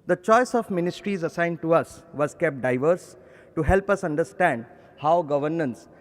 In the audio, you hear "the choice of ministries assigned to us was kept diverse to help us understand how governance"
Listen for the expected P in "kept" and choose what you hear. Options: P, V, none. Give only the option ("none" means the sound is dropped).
P